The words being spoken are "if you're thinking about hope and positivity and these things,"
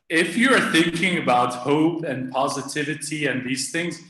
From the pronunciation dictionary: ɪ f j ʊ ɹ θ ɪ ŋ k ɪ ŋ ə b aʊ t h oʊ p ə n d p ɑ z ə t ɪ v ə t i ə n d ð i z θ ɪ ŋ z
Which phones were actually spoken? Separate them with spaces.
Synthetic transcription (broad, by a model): ɪ f j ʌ ɹ θ ɪ ŋ k ɪ ŋ ə b aʊ t h oʊ p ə n p ɑ z ə t ɪ v ə t i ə n ð i z θ ɪ ŋ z